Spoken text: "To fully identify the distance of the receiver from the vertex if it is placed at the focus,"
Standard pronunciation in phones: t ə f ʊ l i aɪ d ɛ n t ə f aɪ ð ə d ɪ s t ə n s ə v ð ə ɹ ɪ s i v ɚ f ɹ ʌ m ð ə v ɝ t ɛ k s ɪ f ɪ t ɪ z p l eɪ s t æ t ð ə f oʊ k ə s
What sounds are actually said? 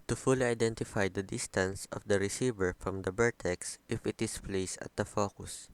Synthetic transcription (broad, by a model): t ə f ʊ l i aɪ d ɛ n t ə f aɪ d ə d ɪ s t ə n s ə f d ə ɹ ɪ s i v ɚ f ɹ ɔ m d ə b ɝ t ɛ k s ɪ f ɪ t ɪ s p l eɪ s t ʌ t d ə f oʊ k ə s